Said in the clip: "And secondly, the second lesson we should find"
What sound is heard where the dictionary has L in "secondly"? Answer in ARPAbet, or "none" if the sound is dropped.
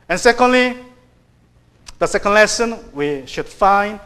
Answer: L